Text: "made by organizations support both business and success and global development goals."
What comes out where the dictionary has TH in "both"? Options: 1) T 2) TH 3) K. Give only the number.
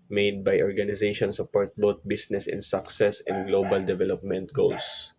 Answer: 1